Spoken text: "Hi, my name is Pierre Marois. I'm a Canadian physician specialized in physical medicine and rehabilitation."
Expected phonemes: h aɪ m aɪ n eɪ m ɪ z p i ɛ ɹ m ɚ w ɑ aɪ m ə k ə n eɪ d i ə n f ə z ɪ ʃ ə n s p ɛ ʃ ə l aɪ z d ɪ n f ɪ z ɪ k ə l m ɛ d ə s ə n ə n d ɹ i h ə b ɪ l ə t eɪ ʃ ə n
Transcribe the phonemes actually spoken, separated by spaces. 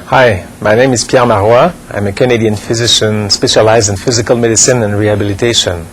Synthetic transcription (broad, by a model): h aɪ m aɪ n eɪ m ɪ z p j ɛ ɹ m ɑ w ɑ aɪ m ə k ə n eɪ d i ə n f ə z ɪ ʃ ə n s p ɛ ʃ ə l aɪ z d ɪ n f ɪ z ɪ k ə l m ɛ d ə s ə n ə n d ɹ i h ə b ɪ l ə t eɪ ʃ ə n